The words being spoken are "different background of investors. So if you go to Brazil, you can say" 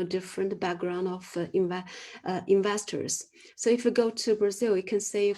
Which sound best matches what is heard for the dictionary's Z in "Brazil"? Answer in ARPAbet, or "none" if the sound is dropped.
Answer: Z